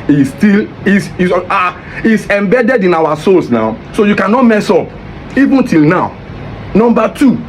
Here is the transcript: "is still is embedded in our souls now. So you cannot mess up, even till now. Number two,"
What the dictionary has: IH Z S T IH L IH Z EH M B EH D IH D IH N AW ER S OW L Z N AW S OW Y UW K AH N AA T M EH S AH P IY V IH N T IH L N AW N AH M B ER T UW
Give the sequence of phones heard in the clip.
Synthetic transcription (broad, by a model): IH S T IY L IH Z EH M B EH D IH D IH N AW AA S OW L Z N AW S OW Y UW K AH N AA T M EH S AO P IY V IH N T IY L N AW N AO M B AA T UW